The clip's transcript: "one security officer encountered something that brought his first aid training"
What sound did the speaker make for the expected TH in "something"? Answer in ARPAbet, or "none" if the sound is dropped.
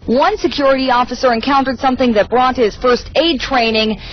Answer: TH